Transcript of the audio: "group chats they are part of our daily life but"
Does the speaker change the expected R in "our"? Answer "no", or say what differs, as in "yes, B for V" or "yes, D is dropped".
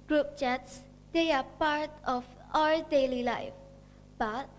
yes, L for R